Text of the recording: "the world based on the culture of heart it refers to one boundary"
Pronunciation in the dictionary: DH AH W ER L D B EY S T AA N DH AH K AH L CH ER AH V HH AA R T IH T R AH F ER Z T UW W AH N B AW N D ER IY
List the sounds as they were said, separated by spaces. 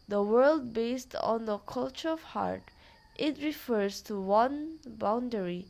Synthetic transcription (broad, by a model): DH AH W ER L D B EY S T AA N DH AH K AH L CH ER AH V HH AA R T IH T R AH F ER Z T UW W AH N B AW N D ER IY